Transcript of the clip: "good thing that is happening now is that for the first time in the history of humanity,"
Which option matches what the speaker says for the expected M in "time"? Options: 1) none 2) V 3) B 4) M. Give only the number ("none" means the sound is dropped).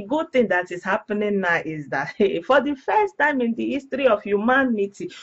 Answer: 4